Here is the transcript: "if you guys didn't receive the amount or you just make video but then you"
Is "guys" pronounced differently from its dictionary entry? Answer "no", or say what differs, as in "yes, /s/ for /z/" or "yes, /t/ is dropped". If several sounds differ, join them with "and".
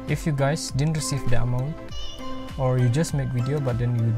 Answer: yes, /s/ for /z/